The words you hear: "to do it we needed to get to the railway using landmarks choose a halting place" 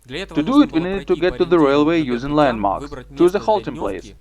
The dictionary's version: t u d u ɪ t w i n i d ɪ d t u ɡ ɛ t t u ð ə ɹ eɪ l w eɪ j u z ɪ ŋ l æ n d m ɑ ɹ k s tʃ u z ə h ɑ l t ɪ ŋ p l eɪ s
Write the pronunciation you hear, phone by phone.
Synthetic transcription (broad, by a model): t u d u ɪ t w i n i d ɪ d t u ɡ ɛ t t u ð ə ɹ eɪ l w eɪ j u z ɪ ŋ l æ n d m ɑ ɹ k s tʃ u z ə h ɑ l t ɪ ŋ p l eɪ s